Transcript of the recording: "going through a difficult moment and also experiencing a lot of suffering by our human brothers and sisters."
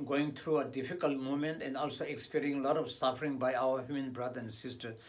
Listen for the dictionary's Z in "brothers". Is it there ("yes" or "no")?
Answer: no